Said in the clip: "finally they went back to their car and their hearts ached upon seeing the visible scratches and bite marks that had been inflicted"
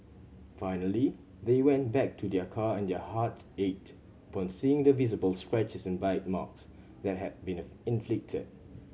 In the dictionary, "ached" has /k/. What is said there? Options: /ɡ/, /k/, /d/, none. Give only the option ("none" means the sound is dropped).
none